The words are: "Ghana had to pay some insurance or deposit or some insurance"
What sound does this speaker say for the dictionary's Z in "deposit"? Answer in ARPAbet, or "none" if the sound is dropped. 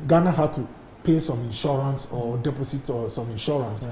S